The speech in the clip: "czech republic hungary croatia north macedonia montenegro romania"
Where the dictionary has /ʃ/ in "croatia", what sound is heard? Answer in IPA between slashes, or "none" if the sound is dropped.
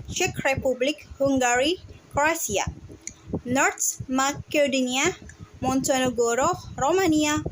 /s/